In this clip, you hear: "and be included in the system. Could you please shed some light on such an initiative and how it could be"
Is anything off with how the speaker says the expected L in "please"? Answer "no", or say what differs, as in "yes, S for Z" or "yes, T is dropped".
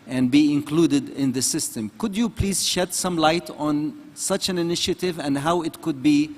no